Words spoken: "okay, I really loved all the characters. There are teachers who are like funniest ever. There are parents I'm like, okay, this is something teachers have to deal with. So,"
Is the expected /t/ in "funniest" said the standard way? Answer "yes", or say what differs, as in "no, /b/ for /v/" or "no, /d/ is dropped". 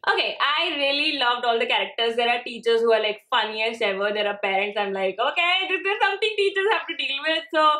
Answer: no, /t/ is dropped